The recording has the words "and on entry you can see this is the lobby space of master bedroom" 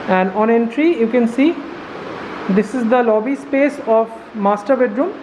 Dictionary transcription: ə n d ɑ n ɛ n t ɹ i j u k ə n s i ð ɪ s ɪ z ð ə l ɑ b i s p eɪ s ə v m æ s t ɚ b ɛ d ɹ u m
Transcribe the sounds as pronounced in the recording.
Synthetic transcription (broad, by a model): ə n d ɑ n ɛ n t ɹ i j u k ə n s i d ɪ s ɪ z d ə l ɑ b i s p eɪ s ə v m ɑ s t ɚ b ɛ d ɹ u m